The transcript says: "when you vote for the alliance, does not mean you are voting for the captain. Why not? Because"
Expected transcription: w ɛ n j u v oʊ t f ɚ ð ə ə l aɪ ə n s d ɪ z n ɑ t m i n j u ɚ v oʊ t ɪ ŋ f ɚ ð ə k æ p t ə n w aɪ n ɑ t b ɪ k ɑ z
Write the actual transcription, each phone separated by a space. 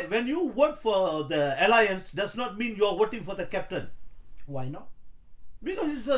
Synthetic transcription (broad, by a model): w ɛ n j u w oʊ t f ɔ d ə ə l aɪ ə n s d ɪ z n ɑ t m i n j u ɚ w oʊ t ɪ ŋ f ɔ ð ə k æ p t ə n w aɪ n ɑ t b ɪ k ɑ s